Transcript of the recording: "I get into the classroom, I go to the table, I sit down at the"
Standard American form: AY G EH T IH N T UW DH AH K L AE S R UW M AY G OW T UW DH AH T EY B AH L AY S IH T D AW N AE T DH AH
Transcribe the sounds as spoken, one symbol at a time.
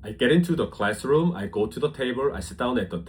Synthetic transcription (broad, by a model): AY G EH T IH N T UW DH AH K L AE S R UW M AY G OW T UW DH AH T EY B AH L AY S IH T D AW N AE T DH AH